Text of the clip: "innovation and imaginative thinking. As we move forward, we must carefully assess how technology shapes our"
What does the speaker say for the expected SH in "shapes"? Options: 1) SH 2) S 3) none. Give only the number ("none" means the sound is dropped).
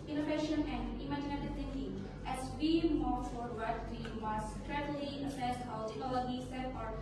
2